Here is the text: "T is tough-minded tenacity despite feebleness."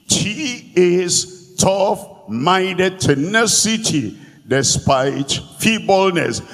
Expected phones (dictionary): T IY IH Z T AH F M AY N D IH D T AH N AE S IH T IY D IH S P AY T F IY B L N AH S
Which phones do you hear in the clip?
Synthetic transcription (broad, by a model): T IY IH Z T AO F M AY D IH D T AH N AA S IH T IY D IH S P AY T F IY B L N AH S